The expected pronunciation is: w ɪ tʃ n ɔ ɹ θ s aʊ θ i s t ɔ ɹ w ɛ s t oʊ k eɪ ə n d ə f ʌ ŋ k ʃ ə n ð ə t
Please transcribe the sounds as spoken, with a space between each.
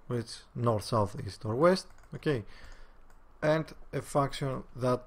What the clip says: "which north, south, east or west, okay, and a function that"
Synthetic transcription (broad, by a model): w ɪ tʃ n ɔ ɹ θ s aʊ θ i s t ɔ ɹ w ɛ s t oʊ k eɪ ə n d ə f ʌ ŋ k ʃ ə n ð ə t